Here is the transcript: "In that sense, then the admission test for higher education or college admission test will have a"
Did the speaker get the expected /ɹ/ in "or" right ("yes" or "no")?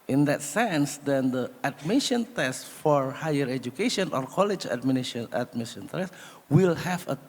yes